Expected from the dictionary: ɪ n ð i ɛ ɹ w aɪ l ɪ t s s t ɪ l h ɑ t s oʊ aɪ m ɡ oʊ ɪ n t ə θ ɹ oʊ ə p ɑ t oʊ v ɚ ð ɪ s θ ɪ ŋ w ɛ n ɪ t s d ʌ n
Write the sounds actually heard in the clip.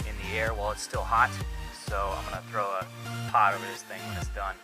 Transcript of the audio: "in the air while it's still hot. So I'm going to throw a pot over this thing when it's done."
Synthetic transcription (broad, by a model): ɪ n ð i ɛ ɹ w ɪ l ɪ t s s t ɪ l h ɑ t s oʊ aɪ m ɡ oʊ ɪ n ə θ ɹ oʊ ə p ɑ t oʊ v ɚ ð ɪ s θ ɪ ŋ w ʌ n ɪ t s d ʌ n